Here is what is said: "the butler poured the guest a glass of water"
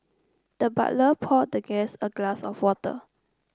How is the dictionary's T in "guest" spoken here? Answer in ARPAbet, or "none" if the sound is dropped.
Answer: none